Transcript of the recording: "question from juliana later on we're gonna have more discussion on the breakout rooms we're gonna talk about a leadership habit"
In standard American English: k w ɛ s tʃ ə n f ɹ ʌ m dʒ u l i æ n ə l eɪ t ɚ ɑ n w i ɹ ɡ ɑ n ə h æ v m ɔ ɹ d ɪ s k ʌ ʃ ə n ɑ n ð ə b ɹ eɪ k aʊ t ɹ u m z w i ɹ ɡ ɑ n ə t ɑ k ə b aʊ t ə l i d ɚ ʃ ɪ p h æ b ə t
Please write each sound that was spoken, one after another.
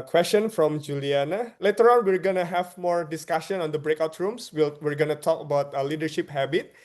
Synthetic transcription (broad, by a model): k w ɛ s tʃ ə n f ɹ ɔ m dʒ u l i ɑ n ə l eɪ t ɚ ɑ n w i ɹ ɡ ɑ n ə h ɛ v m ɔ ɹ d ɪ s k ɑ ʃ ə n ɑ n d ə b ɹ eɪ k aʊ t ɹ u m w w i ɹ ɡ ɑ n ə t ɑ k ə b aʊ t ə l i d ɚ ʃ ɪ p h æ b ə t